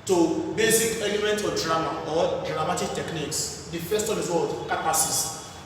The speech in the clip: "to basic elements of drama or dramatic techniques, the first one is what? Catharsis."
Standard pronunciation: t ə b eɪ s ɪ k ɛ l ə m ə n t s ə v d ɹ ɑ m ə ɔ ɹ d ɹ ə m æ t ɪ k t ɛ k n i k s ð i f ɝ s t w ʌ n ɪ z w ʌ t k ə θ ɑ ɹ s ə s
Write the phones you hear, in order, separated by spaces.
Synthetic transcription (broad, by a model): t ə b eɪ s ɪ k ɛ l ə m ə n t ə d ɹ ɑ m ə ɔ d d ɹ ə m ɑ t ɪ k t ɛ k n i k s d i f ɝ s t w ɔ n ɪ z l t k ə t ɑ s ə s